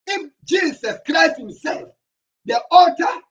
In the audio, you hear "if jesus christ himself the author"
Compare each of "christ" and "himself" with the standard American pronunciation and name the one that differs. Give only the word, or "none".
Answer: none